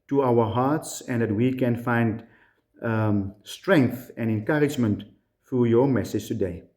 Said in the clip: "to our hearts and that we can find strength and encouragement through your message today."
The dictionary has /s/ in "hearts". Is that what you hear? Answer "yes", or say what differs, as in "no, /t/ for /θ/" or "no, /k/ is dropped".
yes